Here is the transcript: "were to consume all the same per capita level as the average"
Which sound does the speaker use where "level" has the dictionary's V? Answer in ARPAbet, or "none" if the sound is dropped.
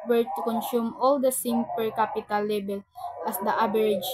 B